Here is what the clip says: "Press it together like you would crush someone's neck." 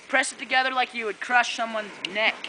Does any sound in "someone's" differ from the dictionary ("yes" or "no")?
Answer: no